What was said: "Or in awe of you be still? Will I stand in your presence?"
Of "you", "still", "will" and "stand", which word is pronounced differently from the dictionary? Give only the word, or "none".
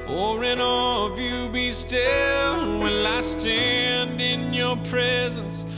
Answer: will